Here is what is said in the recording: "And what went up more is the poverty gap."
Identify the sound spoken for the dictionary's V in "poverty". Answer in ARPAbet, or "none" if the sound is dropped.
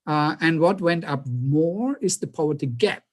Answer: none